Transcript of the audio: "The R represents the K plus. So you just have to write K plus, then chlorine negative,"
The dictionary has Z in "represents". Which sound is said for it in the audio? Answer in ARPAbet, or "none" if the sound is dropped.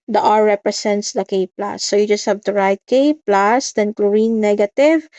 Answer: S